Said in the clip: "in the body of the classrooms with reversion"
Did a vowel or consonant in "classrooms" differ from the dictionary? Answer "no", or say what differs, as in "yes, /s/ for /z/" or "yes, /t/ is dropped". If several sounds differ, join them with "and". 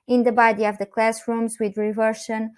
no